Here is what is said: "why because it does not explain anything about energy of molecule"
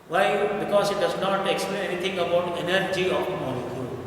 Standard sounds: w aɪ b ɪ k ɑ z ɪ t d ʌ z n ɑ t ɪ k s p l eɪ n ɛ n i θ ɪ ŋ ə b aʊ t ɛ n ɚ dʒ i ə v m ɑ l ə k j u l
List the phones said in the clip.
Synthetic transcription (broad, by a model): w aɪ b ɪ k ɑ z ɪ t d ʌ z n ɑ t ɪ k s p l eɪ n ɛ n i t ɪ ŋ ə b aʊ t ɛ n ɚ dʒ i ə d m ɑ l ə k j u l